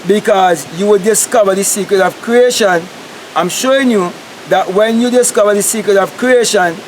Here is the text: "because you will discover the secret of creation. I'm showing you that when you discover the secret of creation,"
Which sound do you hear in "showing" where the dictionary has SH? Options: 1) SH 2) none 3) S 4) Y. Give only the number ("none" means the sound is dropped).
1